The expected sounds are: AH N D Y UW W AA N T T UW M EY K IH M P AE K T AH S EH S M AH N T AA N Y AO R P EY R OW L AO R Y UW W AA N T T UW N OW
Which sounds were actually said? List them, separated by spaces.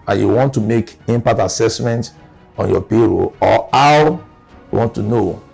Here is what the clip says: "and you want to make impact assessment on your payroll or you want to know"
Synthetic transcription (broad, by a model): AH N Y UW W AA N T T UW M EY K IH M P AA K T AH S EH S M AH N T AA N Y AO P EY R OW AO W Y UW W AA N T T UW N OW